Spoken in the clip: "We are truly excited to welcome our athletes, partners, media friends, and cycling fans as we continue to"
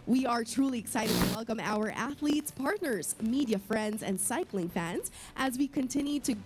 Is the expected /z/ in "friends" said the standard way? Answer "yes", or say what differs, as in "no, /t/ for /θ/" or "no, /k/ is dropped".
yes